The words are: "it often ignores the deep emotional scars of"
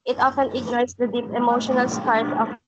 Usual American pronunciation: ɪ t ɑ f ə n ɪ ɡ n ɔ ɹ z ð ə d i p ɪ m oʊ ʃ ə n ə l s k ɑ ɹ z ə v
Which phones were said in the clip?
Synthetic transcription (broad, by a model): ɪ t ɑ f ə n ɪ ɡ n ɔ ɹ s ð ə d i p ɪ m oʊ ʃ ə n ə l s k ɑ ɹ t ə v